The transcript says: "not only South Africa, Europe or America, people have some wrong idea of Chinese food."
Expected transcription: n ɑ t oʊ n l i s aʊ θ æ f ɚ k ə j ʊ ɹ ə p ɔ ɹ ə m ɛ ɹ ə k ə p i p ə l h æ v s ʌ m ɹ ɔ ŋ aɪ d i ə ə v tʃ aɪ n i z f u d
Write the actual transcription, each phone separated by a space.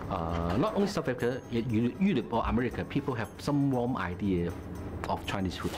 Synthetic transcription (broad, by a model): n ɑ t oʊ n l i s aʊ f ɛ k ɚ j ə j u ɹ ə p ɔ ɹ ə m ɛ ɹ ə k ə p i p ə l h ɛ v s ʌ m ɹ ɔ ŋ aɪ d i ə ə f tʃ aɪ n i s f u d